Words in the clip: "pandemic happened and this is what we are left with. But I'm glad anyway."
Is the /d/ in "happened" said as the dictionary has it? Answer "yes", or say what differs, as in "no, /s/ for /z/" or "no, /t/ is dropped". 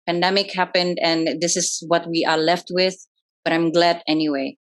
yes